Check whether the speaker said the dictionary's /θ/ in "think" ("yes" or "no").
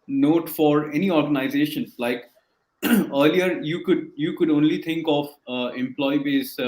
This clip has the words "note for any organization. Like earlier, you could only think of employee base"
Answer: no